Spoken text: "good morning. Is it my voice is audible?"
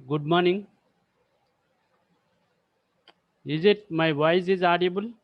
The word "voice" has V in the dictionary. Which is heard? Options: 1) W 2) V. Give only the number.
1